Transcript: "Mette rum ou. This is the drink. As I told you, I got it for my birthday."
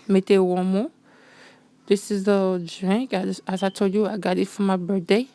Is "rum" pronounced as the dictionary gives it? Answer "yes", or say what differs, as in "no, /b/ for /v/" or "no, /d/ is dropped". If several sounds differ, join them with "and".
no, /w/ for /ɹ/